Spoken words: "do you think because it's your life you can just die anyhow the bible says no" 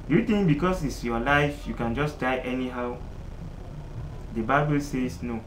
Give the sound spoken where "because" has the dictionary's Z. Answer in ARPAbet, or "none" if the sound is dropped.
S